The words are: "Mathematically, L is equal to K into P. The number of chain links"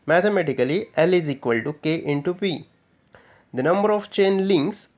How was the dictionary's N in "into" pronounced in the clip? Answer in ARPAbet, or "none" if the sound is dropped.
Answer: N